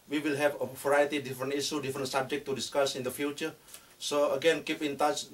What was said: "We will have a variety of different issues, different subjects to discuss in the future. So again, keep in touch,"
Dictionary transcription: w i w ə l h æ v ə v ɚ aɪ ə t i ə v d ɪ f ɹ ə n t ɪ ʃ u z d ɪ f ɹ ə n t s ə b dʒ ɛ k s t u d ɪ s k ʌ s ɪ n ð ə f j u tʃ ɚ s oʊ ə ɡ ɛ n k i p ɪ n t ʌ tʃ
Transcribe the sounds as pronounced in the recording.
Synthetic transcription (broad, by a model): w i w ə l h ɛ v ə v ɚ aɪ ə t i d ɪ f ɹ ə n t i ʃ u d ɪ f ɹ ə n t s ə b dʒ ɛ k t u d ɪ s k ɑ s ɪ n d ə f j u tʃ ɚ s oʊ ə ɡ ɛ n k i p ɪ n t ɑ tʃ